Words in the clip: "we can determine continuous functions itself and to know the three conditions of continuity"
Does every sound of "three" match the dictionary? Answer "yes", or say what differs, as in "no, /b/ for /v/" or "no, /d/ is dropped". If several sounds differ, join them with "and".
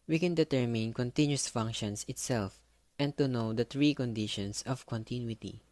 no, /t/ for /θ/